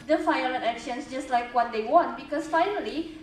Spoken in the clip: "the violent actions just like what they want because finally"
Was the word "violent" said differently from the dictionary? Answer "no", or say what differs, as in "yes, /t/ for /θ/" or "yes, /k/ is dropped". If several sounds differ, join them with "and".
yes, /f/ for /v/